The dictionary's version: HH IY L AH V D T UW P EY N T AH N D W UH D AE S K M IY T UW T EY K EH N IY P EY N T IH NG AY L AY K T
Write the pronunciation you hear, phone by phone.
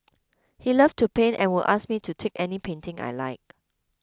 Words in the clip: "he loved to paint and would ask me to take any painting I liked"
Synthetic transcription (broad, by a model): HH IY L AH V T UW P EY N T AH N W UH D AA S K M IY T UW T EY K EH N IY P EY N T IH NG AY L AY K